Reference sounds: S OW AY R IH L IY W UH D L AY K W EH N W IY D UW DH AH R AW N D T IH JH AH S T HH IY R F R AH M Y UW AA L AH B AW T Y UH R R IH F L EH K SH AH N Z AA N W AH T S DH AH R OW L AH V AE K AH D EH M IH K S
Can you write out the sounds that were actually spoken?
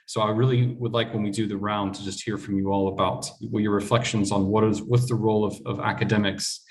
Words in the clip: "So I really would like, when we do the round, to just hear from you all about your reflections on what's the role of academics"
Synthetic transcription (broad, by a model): S OW AY R IH L IY W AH D L AY K W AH N W IY D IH DH AH R AW N T IH JH AH S T HH IY R F R AH M Y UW AA L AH B AW T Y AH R R IH F L EH K SH AH N Z N W AH T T DH AH R OW L AH V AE K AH D EH M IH K S